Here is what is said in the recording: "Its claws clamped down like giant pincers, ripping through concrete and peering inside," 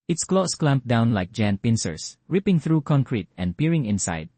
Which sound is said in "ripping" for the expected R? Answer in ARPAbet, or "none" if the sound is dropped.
R